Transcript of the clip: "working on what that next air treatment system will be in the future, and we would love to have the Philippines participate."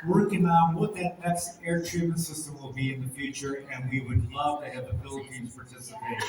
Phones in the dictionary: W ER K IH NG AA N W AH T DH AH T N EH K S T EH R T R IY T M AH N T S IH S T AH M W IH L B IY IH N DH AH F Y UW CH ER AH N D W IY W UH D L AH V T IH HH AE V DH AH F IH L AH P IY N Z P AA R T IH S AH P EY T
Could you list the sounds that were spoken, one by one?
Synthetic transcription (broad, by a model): W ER K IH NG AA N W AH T DH AH T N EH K S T EH R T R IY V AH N S IH S T AH M W IH L B IY IH N DH AH F Y UW CH ER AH N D W IY W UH D L AH V T IH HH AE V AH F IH L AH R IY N P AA R T IH S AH P EY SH